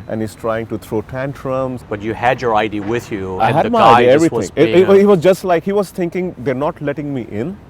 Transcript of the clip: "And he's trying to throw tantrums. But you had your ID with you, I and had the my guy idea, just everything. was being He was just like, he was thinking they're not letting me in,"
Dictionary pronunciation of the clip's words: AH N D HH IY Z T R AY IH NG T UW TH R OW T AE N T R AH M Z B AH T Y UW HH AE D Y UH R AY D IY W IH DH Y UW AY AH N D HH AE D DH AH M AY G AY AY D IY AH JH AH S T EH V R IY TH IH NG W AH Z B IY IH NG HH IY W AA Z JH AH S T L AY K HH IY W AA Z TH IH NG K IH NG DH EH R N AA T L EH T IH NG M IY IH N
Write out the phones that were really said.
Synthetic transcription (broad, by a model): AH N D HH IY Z T R AY IH NG T UW T R OW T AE N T R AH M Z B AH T Y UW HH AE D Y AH R AY D IY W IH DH Y UW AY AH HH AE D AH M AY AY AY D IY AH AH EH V R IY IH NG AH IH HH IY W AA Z JH AH S T L AY K HH IY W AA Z T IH NG K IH NG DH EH R N AA T L EH T IH NG M IY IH N